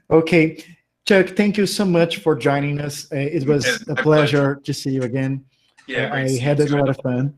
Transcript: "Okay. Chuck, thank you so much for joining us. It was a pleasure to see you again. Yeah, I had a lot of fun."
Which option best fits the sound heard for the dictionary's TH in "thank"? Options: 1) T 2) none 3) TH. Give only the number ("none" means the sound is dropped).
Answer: 3